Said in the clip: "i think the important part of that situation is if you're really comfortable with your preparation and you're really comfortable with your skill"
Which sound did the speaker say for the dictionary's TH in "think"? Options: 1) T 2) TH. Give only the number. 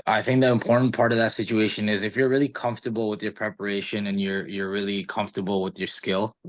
2